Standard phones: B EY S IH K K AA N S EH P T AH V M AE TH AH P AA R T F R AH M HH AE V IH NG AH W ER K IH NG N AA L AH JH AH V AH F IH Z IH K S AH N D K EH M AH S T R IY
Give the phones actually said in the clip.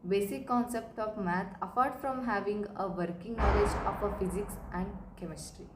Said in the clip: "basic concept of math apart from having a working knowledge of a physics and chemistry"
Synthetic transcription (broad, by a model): B EY S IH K K AA N S EH P T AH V M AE T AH F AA R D F R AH M HH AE V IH NG AH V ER K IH NG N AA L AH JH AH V AH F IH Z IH K S AH N D K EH M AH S T R IY